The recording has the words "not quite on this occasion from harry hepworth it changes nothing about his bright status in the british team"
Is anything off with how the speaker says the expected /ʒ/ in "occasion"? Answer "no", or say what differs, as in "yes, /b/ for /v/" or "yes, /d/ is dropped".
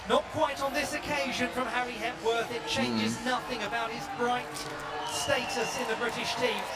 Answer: no